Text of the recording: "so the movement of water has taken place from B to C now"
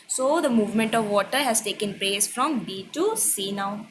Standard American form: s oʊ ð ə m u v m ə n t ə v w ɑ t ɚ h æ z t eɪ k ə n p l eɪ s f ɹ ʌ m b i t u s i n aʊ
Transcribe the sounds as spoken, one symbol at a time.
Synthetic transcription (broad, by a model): s oʊ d ə m u v m ə n t ə v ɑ t ɚ h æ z t eɪ k ə n p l eɪ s f ɹ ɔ m b i t u s i n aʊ